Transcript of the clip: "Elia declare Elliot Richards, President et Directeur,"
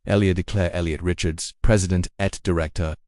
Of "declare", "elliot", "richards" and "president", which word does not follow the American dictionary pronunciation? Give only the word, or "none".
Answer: none